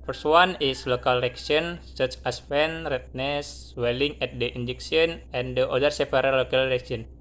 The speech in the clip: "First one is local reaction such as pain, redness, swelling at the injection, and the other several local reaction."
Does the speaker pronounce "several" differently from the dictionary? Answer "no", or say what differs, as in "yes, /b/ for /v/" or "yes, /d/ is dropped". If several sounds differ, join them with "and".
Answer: yes, /p/ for /v/